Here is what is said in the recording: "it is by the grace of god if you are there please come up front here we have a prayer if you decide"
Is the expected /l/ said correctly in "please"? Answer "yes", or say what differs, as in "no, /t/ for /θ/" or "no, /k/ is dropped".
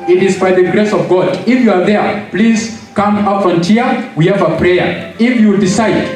yes